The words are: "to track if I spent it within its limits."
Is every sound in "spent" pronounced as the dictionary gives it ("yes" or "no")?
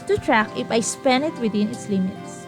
no